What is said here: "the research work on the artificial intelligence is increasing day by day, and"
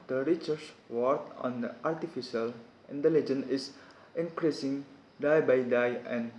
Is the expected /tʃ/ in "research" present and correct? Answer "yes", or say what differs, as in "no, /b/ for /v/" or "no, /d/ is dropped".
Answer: no, /s/ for /tʃ/